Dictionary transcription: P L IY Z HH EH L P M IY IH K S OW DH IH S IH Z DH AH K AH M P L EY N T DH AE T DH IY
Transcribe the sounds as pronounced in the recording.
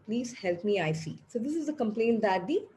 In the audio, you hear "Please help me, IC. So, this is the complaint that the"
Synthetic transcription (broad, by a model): P L IY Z HH EH L P M IY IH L S OW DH IH S IH Z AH K AH M P L EY N T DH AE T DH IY